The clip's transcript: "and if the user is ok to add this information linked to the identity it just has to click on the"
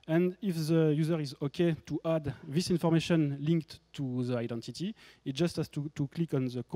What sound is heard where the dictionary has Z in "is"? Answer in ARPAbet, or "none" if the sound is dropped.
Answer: Z